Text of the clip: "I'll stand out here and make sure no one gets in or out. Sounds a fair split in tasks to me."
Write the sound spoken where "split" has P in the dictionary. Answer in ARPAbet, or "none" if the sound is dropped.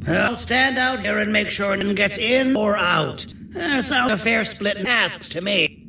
P